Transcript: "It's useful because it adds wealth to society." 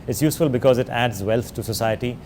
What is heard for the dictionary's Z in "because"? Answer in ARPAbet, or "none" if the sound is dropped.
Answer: Z